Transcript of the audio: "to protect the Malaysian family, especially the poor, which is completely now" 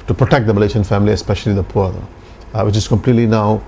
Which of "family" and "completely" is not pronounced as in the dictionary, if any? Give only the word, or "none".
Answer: none